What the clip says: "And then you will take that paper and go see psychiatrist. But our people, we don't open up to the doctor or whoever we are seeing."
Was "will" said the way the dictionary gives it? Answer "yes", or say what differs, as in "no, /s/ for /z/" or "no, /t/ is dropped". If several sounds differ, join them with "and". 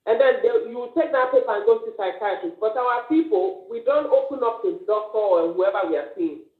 no, /w/ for /l/